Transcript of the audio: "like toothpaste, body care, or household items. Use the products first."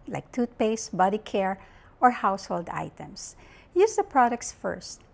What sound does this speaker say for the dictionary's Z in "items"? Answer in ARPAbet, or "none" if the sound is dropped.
S